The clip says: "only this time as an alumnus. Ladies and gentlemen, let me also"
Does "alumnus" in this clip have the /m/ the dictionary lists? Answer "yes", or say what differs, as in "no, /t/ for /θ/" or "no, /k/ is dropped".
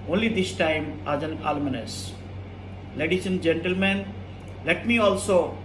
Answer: no, /m/ is dropped